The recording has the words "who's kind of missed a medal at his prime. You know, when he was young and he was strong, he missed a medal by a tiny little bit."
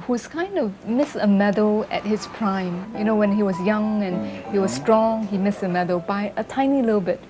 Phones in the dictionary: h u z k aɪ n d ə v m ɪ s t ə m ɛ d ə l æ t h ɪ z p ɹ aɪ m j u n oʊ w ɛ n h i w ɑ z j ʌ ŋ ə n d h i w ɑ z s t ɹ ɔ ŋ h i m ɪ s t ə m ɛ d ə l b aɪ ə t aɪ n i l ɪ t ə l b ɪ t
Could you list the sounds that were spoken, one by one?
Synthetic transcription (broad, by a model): h u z k aɪ n d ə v m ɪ s ə m ɛ d ə l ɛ t h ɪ s p ɹ aɪ m j u n oʊ w ɛ n h i w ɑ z j ʌ ŋ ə n h i w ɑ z s t ɹ ɔ ŋ h i m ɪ s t ə m ɛ d ə l b aɪ ə t aɪ n i l ɪ t ə l b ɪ t